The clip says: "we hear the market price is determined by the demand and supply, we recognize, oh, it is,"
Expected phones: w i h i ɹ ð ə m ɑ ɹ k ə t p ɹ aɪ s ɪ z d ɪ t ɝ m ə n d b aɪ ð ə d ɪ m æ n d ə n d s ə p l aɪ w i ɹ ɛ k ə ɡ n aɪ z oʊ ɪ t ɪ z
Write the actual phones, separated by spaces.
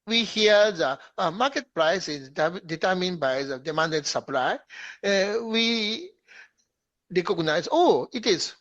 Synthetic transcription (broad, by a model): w i h i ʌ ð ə m ɑ k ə t p ɹ aɪ s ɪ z d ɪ t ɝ m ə n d b aɪ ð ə d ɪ m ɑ n d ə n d s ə p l aɪ w i ɹ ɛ k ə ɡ n aɪ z oʊ ɪ t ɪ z